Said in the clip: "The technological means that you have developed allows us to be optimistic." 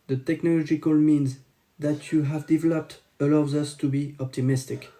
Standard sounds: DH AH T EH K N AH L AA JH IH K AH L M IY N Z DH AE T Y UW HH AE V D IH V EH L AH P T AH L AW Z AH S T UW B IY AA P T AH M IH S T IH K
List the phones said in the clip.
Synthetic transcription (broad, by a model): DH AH T EH K N AH L AA JH IH K AH L M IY N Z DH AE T Y UW HH AE V D IH V EH L AH P T AH L AW Z AH S T UW B IY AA P T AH M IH S T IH K